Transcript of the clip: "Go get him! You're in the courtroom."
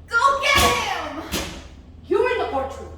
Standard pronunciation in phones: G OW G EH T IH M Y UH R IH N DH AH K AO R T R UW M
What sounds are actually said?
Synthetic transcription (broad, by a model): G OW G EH IH M Y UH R IH N DH AH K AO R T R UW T